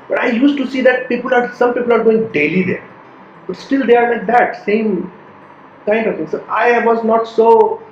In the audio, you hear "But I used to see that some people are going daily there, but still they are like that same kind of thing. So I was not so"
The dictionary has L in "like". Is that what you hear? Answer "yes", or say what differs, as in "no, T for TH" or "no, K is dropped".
no, N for L